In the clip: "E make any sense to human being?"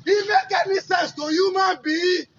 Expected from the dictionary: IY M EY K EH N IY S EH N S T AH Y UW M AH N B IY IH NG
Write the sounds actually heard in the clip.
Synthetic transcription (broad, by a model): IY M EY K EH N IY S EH S T AH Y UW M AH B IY